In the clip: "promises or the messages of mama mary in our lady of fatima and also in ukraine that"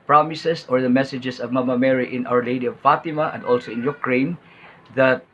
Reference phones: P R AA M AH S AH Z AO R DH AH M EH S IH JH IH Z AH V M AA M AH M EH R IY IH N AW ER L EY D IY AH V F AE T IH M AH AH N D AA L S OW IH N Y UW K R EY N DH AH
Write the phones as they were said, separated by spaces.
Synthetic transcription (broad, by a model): P R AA M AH S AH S AO R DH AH M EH S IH JH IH S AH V M AA M AH M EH R IY IH N AW ER L EY D IY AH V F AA T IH M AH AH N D AA L S OW IH N Y UW K R EY N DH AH